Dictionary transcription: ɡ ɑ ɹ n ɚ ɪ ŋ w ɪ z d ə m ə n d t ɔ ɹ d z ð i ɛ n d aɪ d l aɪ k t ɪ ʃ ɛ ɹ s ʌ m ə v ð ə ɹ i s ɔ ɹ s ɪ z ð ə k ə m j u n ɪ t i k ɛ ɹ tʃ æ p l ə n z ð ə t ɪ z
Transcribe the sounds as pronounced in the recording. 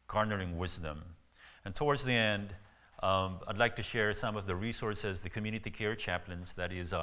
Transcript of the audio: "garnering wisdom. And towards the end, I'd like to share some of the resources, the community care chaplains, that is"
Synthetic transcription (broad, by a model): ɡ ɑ ɹ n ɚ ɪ ŋ w ɪ z d ə m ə n t ɔ ɹ d z ð i ɛ n d aɪ d l aɪ k t ɪ ʃ ɛ ɹ s ʌ m ə v ð ə ɹ i s ɔ ɹ s ɪ z ð ə k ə m j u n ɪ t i k ɛ ɹ tʃ æ p l ə n z ð ə t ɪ z